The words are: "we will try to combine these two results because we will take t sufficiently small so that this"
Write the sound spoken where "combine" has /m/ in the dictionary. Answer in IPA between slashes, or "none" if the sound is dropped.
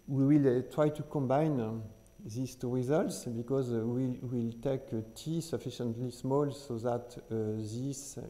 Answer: /m/